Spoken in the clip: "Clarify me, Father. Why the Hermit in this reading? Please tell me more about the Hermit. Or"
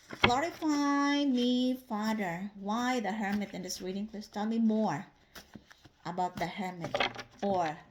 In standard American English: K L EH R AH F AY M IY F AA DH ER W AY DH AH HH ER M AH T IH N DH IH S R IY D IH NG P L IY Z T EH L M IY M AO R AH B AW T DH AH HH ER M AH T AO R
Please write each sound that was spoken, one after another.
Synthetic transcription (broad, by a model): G L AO R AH F AY M IY F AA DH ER W AY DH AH HH ER M AH T IH N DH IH S R IY D IH NG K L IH S T EH L M IY M AO R AH B AW T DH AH HH ER M AH T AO R